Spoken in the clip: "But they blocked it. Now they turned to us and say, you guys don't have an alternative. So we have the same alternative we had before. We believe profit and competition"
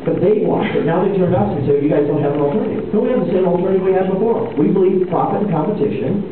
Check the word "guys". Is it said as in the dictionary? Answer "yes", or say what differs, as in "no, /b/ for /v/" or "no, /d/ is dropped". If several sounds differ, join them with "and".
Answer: yes